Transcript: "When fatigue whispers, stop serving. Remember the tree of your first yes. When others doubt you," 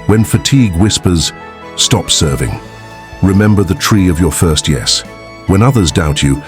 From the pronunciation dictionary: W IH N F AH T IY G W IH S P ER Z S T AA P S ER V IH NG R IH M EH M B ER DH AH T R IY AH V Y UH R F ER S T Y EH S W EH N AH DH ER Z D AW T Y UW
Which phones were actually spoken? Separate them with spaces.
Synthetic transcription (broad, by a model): W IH N F AH T IY G W IH S P ER Z S T AA P S ER V IH NG R IH M EH M B ER DH AH T R IY AH V Y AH R F ER S T Y EH S W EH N AH DH ER Z D AW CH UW